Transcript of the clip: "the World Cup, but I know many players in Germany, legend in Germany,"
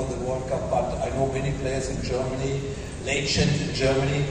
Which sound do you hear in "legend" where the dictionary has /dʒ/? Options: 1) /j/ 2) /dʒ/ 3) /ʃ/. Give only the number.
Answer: 3